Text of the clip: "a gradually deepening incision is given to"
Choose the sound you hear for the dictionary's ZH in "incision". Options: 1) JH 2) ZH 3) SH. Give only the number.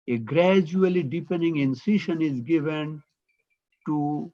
3